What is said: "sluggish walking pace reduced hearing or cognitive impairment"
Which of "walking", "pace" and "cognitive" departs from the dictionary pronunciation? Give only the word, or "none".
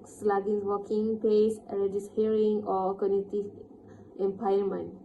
cognitive